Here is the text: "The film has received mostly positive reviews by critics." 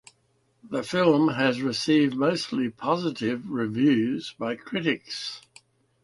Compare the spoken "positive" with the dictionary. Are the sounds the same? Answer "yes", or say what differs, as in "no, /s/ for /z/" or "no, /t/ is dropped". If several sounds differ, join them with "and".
yes